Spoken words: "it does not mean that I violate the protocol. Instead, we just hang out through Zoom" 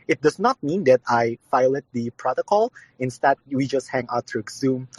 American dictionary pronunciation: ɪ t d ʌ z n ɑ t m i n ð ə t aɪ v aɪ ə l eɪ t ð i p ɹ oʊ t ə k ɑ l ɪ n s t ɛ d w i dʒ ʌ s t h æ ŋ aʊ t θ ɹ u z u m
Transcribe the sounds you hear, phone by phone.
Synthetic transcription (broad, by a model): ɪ t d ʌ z n ɑ t m i n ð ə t aɪ f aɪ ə l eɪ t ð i p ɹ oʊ t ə k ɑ l ɪ n s t ɛ d w i dʒ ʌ s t h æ ŋ aʊ t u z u m